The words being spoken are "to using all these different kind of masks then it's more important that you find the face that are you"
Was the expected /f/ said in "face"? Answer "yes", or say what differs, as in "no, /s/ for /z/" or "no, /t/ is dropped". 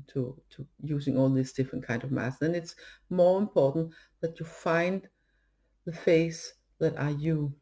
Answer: yes